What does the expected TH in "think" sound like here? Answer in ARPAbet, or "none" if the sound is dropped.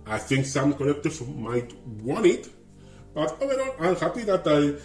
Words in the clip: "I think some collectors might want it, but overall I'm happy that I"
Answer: TH